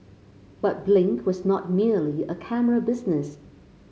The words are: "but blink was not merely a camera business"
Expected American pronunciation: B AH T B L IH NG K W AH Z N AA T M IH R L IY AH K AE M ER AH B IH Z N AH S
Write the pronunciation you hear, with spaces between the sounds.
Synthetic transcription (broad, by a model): B AH T B L IH NG K W AH Z N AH T M IH R L IY AH K AE M ER AH B IH Z N AH S